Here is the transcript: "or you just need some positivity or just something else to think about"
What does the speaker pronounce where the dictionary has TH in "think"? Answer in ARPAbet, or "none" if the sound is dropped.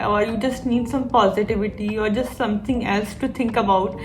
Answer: T